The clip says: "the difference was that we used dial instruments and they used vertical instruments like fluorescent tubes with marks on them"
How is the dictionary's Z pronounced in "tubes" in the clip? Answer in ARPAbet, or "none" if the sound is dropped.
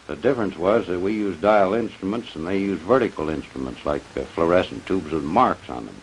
Z